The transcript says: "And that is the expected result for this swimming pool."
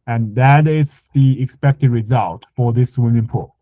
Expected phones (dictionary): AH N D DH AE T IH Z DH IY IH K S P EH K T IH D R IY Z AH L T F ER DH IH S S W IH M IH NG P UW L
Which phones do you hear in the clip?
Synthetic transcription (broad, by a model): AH N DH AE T IH Z DH IY IH K S P EH K T IH D R IY Z AH L T F ER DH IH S S W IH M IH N P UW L